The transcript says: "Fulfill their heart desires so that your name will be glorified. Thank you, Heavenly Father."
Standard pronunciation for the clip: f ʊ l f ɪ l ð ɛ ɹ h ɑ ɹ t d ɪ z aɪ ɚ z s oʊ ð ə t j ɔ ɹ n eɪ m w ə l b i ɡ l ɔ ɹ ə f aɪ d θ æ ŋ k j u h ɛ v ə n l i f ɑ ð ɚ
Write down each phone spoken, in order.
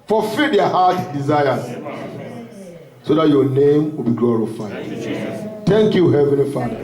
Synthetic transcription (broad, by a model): f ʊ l f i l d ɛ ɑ h ɑ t d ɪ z aɪ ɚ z s oʊ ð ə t j ɔ n eɪ m w ə l b i ɡ l ɔ ɹ ə f aɪ d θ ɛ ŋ k j u h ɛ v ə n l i f ɑ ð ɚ